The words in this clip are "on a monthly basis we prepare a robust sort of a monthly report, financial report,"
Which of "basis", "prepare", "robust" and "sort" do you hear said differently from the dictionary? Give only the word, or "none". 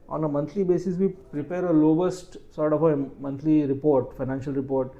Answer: robust